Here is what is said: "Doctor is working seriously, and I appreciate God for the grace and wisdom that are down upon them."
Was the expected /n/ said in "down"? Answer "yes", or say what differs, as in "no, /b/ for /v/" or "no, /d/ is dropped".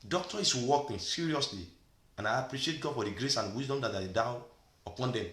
no, /n/ is dropped